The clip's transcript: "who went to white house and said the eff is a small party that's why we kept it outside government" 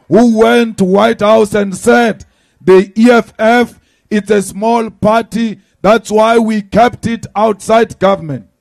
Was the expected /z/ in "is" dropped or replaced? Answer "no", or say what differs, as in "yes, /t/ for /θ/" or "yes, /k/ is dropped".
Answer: yes, /s/ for /z/